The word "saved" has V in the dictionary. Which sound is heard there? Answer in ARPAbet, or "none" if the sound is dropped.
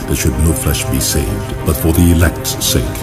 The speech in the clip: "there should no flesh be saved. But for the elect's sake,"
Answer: V